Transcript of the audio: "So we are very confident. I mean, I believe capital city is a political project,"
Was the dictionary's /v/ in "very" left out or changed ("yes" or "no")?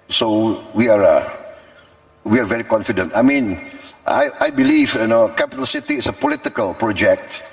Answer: no